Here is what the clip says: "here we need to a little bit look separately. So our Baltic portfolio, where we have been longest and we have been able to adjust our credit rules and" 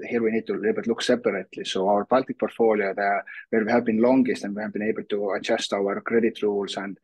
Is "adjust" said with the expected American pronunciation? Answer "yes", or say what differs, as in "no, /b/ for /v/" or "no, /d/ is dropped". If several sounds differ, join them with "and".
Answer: no, /tʃ/ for /dʒ/